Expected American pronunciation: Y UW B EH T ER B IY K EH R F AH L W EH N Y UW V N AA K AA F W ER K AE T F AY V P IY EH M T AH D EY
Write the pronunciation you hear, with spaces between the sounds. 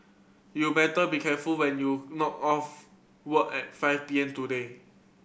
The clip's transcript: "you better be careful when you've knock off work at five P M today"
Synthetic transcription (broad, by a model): Y UW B EH T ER B IY K EH F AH L W EH N Y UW N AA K AA F W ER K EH T F AY F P IY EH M T AH D EY